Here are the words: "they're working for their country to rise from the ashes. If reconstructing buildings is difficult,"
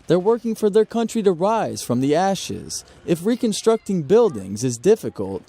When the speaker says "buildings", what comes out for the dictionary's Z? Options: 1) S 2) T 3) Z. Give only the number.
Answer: 3